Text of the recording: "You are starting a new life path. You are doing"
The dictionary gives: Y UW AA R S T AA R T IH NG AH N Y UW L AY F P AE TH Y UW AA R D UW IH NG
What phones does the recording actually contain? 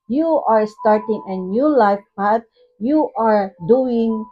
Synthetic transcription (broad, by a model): Y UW AA R S T AA R T IH NG AH N Y UW L AY F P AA T Y UW AA R D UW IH NG